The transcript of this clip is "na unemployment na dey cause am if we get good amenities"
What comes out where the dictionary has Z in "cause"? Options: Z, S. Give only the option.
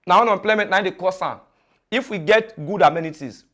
S